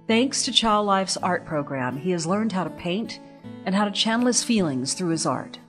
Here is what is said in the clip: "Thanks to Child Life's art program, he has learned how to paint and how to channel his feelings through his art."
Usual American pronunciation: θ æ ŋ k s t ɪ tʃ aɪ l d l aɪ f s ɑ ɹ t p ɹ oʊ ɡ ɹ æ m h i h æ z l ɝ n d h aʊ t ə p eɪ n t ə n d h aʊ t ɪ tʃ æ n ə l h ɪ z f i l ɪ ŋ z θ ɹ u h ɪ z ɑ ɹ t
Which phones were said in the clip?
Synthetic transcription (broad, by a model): θ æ ŋ k s t ɪ tʃ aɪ l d l aɪ f s ɑ ɹ t p ɹ oʊ ɡ ɹ æ m i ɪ z l ɝ n d h aʊ t ə p eɪ n t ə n h aʊ t ɪ tʃ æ n l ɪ s f i l ɪ ŋ z θ ɹ u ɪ z ɑ ɹ t